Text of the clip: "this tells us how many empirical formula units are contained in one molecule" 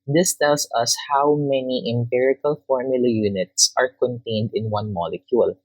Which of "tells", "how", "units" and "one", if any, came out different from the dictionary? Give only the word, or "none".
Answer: tells